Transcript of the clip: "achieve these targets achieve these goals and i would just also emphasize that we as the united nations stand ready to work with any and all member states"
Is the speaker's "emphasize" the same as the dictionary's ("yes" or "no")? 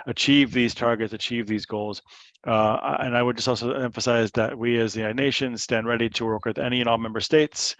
yes